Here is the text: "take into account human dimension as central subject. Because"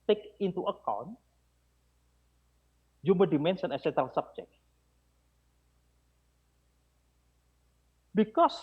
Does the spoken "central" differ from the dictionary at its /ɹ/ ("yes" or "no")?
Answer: yes